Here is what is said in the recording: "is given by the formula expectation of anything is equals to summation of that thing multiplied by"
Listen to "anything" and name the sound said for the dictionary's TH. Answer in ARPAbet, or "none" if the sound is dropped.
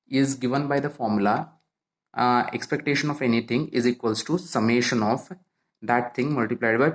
T